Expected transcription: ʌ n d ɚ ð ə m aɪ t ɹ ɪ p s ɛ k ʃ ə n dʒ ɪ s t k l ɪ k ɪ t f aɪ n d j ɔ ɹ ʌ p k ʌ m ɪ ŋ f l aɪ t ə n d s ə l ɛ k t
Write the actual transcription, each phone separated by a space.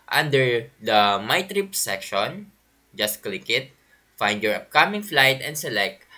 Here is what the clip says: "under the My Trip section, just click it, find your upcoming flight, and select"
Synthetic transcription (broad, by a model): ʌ n d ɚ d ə m aɪ t ɹ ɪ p s ɛ k ʃ ə n dʒ ɪ s t k l ɪ k ɪ t f aɪ n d j ɔ ɹ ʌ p k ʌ m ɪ ŋ f l aɪ t ə n d s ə l ɛ k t